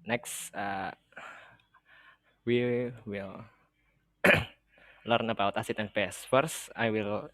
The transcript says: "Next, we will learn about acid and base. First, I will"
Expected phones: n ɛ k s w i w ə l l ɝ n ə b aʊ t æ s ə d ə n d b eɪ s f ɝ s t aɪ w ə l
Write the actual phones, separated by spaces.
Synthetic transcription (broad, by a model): n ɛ k s w i w ə l l ɝ n ə b aʊ t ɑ s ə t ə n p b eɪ s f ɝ s aɪ w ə l